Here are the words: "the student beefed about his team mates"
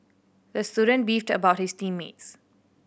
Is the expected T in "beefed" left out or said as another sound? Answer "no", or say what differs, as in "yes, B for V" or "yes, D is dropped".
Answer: no